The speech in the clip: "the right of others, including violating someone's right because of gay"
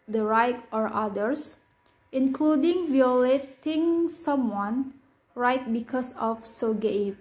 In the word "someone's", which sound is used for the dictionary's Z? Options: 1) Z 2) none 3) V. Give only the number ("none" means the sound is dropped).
2